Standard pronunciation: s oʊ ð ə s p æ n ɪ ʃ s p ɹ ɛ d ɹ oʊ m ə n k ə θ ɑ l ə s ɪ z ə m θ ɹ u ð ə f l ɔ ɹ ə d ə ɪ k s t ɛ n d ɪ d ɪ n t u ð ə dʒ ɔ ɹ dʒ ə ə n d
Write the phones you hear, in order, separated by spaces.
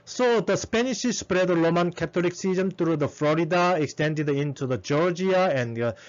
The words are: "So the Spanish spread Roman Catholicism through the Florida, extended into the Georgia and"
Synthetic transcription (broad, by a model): s oʊ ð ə s p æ n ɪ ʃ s p ɹ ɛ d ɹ oʊ m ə n k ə t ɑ l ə s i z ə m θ ɹ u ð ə f l ɔ ɹ ə d ə ɪ k s t ɛ n d ɪ d ɪ n t u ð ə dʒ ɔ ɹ dʒ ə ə n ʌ